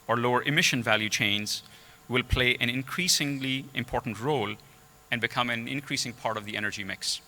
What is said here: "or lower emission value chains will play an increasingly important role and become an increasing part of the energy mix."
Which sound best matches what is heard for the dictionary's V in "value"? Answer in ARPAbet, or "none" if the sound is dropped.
V